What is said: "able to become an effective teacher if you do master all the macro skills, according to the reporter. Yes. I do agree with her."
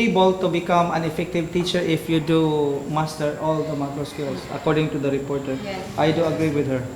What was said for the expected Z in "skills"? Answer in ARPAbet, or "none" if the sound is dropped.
S